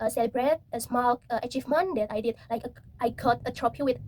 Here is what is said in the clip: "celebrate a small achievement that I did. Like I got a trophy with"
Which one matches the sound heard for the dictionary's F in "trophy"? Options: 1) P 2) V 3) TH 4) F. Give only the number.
1